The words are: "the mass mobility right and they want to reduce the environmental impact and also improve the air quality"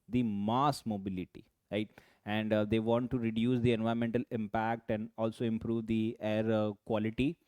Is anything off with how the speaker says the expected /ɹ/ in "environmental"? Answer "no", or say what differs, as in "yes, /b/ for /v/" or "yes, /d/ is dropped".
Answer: yes, /ɹ/ is dropped